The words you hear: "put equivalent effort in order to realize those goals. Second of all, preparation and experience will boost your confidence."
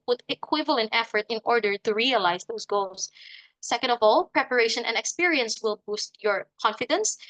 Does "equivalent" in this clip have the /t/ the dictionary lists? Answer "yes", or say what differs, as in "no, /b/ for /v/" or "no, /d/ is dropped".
yes